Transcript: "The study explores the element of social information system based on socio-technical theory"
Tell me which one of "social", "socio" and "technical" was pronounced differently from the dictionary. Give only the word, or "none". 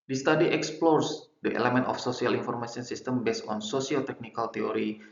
social